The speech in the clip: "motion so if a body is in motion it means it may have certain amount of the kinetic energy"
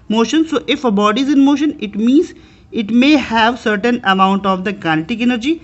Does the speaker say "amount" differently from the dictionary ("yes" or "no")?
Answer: no